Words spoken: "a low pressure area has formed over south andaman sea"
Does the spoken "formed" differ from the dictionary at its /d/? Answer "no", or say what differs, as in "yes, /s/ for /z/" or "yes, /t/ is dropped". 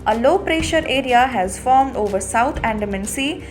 no